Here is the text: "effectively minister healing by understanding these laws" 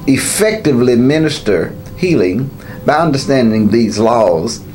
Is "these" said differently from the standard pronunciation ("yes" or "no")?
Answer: no